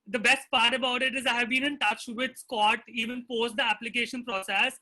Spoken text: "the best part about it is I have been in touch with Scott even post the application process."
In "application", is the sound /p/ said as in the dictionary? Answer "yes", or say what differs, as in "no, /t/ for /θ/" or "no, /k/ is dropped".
yes